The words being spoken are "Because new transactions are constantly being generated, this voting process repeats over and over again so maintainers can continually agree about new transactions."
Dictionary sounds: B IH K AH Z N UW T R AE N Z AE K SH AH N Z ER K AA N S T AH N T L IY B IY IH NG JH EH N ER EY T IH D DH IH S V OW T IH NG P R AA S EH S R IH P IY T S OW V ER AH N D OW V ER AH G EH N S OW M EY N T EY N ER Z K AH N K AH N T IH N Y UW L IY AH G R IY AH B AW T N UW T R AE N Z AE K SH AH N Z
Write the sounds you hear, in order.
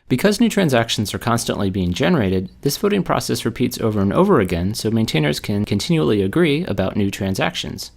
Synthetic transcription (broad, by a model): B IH K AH Z N UW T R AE N Z AE K SH N Z ER K AA N S T AH N T L IY B IY IH NG JH EH N ER EY T IH D DH IH S F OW T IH NG P R AA S EH S R IH P IY T S OW V ER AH N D OW V ER AH G EH N S OW M EY N T EY N ER Z K AH N K AH N T IH N Y UW L IY AH G R IY AH B AW T N UW T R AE N Z AE K SH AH N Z